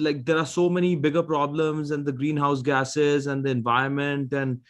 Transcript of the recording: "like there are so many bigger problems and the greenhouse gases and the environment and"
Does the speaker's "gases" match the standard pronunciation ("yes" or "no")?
yes